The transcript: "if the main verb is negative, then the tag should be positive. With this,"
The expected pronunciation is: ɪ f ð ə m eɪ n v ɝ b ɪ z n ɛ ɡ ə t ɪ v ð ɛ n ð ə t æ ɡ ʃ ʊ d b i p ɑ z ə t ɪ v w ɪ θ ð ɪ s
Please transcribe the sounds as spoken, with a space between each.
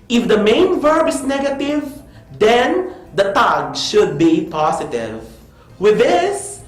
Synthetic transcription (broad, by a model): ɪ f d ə m eɪ n v ɝ b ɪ s n ɛ ɡ ə t ɪ v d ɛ n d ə t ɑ ɡ ʃ ʊ d b i p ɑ s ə t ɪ v w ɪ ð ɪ s